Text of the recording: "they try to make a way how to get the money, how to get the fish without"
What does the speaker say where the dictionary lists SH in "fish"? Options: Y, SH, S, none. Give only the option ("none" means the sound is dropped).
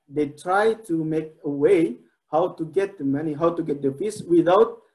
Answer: S